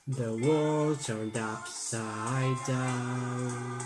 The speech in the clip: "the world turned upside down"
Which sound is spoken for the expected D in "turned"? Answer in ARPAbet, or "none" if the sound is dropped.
D